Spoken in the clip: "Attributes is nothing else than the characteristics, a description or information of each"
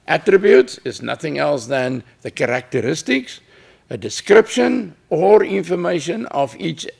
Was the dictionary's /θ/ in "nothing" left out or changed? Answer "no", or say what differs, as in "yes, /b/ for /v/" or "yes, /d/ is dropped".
no